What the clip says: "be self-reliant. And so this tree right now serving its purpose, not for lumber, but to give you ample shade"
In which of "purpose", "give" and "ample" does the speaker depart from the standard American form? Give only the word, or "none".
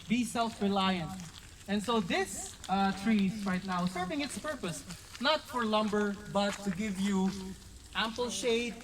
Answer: none